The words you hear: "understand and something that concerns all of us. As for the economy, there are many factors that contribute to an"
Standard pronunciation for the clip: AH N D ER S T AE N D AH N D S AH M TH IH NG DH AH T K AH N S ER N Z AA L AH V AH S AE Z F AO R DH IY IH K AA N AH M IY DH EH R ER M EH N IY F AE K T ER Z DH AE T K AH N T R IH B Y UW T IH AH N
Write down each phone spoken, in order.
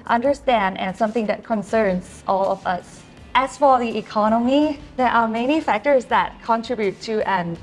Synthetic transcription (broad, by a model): AH N D ER S T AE N D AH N S AH M TH IH NG DH AH T K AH N S ER N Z AA L AH V AH S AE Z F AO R DH IY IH K AA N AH M IY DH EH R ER M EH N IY F AE K T ER Z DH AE T K AH N T R IH B Y UW T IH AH N